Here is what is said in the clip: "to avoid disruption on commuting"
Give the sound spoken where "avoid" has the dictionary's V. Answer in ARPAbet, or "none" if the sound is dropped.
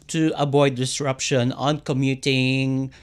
B